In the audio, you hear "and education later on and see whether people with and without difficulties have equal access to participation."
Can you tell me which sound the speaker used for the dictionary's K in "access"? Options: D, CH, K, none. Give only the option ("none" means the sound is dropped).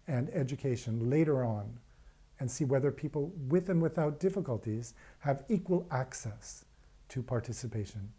K